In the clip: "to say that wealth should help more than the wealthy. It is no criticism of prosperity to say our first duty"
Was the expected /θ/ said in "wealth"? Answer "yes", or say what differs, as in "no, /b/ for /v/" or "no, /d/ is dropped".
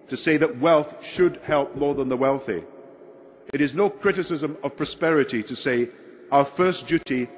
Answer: yes